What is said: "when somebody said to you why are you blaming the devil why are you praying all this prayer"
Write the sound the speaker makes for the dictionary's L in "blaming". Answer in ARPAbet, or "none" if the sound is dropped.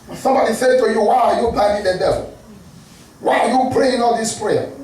none